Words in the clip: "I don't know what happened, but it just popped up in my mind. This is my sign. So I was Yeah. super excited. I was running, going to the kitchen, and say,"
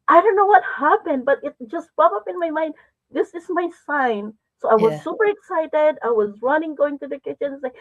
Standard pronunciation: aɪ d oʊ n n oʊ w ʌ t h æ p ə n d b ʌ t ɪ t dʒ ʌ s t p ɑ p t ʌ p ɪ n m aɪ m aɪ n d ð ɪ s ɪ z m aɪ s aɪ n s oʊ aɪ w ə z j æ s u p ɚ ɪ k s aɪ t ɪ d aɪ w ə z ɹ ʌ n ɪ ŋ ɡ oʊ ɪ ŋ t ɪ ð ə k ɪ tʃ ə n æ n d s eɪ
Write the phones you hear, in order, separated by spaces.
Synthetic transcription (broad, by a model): aɪ d oʊ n n oʊ w ʌ t h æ p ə n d b ʌ t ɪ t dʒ ʌ s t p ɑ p ʌ p ɪ n m aɪ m aɪ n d ð ɪ s ɪ z m aɪ s aɪ n s oʊ aɪ w ə z s u p ɚ ɪ k s aɪ t ɪ d aɪ w ə z ɹ ʌ n ɪ ŋ ɡ oʊ ɪ ŋ t ɪ ð ə k ɪ tʃ ə n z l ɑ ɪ